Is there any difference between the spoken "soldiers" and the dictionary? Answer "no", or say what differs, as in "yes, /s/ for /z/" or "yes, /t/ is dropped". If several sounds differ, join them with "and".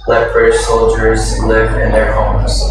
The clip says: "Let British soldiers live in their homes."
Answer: no